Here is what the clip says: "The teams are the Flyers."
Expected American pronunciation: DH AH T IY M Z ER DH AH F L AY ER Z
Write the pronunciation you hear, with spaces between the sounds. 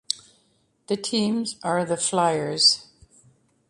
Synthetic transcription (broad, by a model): DH AH T IY M Z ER DH AH F L AY ER Z